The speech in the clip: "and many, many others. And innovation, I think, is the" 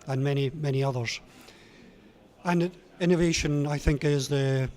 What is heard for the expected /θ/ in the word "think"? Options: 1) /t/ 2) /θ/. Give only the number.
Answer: 2